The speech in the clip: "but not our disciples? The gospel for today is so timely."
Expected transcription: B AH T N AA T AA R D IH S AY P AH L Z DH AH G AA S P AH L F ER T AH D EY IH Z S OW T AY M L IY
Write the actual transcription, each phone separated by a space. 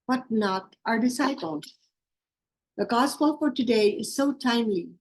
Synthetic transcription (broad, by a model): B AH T N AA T AA R D IH S AY P AH L Z DH AH G AA S P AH L F ER T AH D EY IH Z S OW T AY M L IY